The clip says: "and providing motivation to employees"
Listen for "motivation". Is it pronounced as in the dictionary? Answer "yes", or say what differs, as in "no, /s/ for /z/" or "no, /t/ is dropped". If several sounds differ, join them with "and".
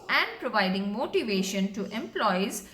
yes